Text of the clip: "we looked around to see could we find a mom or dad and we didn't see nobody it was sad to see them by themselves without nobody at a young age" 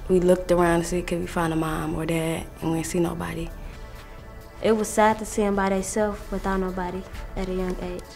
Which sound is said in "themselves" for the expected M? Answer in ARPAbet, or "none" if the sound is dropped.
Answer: none